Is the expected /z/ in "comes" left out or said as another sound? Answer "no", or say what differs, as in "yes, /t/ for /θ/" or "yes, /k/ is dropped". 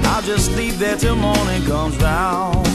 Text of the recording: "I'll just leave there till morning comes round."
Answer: no